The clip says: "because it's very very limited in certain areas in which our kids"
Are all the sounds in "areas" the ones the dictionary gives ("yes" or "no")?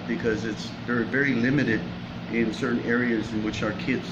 yes